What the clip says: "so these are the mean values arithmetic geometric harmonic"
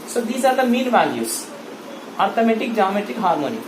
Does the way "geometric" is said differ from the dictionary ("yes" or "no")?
yes